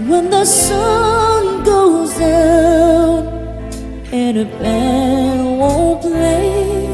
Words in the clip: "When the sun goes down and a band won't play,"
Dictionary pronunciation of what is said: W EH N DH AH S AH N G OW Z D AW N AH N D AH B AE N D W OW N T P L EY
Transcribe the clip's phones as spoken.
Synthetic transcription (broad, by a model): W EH N DH AH S AH N G OW Z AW AH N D AH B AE D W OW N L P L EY